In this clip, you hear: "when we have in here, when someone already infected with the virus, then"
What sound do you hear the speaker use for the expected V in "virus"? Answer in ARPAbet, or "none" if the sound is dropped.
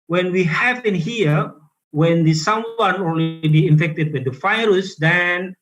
F